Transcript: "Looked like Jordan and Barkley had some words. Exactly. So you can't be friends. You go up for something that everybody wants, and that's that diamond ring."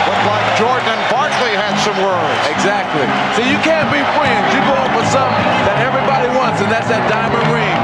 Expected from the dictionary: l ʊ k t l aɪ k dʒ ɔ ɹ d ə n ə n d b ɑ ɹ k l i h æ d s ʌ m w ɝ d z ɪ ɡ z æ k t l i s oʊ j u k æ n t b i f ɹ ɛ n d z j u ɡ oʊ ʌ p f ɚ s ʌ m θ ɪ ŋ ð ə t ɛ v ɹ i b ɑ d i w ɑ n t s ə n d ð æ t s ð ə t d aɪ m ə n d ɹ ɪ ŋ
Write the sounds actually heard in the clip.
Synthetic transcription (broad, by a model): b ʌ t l aɪ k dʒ ɔ ɹ d n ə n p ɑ ɹ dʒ l i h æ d s ʌ m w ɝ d ɪ ɡ z æ k t l i s oʊ j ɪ k æ n b i f ɹ ɛ n d z j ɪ ɡ oʊ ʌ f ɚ s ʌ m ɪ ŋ ð ə t ɛ v ɹ i b ɑ d i w ɑ n t s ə n ð æ t s ð ə t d aɪ m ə n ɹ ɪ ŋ